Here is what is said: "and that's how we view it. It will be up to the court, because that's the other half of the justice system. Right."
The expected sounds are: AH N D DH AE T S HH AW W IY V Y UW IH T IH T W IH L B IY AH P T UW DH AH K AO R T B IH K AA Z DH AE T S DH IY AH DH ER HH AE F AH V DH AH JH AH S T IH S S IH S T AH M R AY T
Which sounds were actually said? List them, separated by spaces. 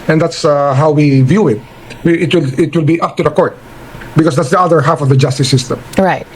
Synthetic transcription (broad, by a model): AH N D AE T S HH AW W IY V Y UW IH T IH T W IH L B IY AH P T UW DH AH K AO R T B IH K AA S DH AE T S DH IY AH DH ER HH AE F AH V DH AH JH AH S T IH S S IH S T AH M R AY T